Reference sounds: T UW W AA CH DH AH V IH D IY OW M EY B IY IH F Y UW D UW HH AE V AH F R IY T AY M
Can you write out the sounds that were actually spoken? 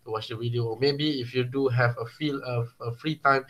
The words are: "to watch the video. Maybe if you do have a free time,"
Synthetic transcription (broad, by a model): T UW W AA CH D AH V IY D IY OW M EY B IY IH F Y UW D UW HH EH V AH F R IY T AY M